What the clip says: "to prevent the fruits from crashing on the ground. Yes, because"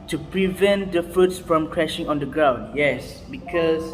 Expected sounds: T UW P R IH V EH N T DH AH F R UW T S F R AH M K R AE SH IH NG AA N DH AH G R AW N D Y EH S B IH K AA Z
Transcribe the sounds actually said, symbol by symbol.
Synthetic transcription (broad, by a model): T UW P R IH V EH N T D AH F R UW T S F R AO M K R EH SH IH NG AA N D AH G R AW N D Y EH S B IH K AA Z